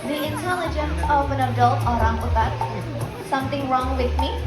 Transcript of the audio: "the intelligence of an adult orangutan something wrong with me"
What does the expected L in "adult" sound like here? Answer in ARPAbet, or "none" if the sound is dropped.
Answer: L